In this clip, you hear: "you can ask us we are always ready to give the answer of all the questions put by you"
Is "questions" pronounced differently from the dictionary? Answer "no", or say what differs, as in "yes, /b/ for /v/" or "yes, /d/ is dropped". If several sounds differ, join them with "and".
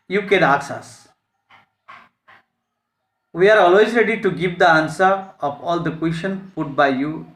yes, /z/ is dropped